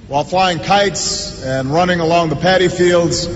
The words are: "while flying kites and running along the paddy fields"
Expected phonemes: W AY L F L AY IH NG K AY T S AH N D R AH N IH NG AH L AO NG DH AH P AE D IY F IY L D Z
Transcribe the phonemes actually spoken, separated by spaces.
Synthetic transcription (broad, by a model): W AY L F L AY IH NG K AY T S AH N R AH N IH NG AH L AO NG DH AH P AE D IY F IY L D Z